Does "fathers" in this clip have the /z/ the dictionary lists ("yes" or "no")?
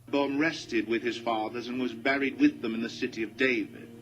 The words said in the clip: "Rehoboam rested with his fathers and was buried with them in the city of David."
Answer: yes